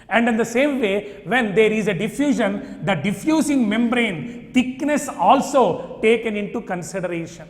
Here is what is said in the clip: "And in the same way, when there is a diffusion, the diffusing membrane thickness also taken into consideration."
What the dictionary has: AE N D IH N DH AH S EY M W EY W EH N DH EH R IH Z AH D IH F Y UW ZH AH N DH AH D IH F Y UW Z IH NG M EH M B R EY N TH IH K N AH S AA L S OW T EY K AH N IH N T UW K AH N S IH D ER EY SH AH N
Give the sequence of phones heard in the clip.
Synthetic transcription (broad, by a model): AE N D IH N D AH S EY M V EY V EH N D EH R IH Z AH D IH F Y UW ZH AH N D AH D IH F Y UW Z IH NG M EH M B R EY N T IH K N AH S AA L S OW T EY K AH N IH N T UW K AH N S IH D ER EY SH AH N